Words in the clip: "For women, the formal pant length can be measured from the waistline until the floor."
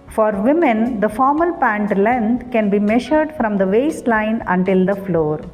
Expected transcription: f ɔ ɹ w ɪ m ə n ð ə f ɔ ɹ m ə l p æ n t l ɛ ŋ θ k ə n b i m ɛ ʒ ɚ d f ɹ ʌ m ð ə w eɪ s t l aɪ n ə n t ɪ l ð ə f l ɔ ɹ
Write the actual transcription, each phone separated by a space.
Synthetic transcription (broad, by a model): f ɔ ɹ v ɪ m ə n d ə f ɔ ɹ m ə l p æ n t l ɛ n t k ə n b i m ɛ ʃ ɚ d f ɹ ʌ m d ə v eɪ s t l aɪ n ə n t ɪ l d ə f l ɔ ɹ